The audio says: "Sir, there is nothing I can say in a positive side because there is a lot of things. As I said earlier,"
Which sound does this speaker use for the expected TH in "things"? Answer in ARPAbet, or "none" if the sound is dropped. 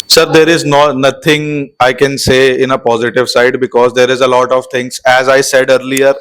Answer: T